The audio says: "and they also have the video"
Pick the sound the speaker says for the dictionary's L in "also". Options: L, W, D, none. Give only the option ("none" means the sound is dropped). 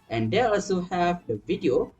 L